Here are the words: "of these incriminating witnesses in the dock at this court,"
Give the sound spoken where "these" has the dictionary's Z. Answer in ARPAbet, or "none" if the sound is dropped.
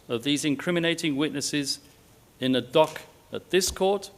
Z